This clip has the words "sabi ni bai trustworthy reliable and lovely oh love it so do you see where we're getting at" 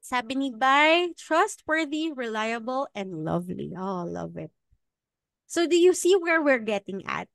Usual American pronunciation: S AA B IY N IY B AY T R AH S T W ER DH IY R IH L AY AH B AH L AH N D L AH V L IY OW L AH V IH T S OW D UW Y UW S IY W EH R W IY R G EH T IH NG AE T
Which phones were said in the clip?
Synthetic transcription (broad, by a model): S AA B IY N IY B AY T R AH S T W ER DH IY R IH L AY AH B AH L AH N D L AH V L IY OW L AH V IH T S OW D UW Y UW S IY W EH R W IY R G EH T IH NG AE T